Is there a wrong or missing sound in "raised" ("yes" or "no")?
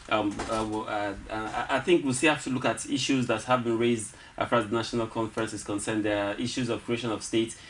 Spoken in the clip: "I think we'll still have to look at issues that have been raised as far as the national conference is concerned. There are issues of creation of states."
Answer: no